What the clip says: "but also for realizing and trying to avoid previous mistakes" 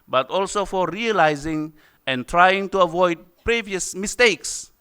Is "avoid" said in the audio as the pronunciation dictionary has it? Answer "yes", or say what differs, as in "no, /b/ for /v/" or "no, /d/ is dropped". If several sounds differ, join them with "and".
yes